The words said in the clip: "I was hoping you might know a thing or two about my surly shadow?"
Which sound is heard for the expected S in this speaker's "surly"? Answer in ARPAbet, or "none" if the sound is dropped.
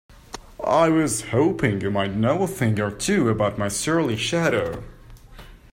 S